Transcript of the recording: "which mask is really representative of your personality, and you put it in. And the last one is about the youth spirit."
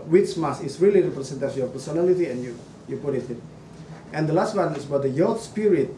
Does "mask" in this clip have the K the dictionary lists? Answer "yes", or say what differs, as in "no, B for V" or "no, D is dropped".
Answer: no, K is dropped